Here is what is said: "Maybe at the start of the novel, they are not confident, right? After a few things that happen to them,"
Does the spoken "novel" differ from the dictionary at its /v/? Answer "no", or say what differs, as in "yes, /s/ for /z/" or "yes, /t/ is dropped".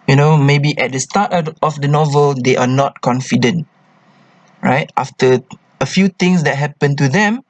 no